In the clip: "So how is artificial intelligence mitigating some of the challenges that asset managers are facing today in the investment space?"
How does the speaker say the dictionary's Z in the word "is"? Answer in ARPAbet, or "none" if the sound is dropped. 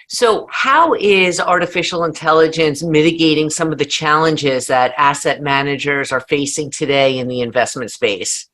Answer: Z